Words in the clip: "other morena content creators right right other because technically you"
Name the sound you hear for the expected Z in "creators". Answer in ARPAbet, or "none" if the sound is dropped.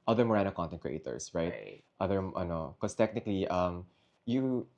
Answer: S